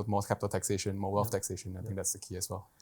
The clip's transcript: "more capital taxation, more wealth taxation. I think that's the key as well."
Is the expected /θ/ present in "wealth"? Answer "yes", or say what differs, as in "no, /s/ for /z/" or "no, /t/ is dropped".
no, /f/ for /θ/